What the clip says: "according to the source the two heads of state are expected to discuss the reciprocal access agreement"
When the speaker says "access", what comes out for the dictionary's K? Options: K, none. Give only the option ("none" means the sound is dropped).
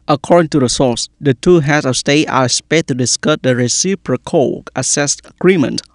none